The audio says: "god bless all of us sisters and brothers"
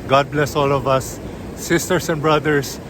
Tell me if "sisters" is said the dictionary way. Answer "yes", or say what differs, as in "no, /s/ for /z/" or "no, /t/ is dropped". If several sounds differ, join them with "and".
no, /s/ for /z/